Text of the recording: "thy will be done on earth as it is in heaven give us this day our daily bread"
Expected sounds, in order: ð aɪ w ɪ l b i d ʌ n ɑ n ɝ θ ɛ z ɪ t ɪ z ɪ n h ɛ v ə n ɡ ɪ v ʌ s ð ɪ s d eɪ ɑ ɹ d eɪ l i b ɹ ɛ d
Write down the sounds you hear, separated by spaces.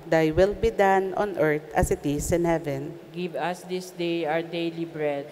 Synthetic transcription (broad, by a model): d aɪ w ɪ l b i d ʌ n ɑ n ɝ t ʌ s ɪ t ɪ s ɪ n h ɛ v ə n ɡ ɪ v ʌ s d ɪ s d eɪ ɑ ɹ d eɪ l i b ɹ ɛ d